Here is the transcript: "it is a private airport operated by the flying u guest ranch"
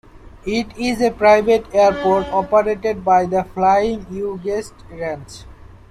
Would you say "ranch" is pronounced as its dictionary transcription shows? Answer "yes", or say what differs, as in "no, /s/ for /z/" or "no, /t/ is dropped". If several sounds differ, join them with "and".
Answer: no, /s/ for /tʃ/